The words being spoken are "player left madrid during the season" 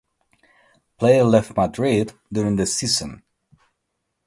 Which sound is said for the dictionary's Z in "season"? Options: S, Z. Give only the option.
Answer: S